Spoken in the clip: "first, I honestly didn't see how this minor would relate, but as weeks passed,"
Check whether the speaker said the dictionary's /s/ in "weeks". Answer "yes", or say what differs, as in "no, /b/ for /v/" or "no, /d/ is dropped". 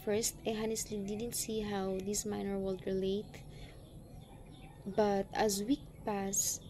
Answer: no, /s/ is dropped